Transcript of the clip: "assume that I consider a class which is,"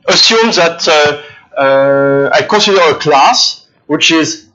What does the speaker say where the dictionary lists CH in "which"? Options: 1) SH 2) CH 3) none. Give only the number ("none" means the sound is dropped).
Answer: 2